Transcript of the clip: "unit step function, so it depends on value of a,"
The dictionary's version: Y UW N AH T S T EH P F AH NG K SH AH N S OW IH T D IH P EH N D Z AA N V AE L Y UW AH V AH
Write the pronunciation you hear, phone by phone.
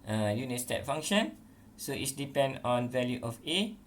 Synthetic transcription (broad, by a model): Y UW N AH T S T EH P F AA NG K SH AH N S OW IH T D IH P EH N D AA N V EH L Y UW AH F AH